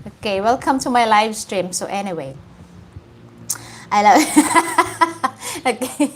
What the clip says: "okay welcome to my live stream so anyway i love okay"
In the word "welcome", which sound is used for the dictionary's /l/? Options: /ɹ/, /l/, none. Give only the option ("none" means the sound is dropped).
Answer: /l/